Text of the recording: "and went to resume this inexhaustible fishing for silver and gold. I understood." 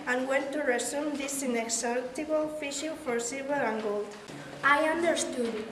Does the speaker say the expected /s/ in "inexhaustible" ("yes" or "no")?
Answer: no